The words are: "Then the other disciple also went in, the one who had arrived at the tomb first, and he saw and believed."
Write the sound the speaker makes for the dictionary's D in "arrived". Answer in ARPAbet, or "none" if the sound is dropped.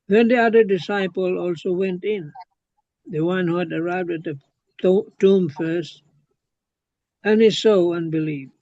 D